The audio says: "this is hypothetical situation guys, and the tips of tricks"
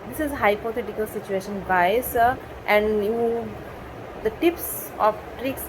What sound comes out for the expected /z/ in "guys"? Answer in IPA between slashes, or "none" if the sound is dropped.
/s/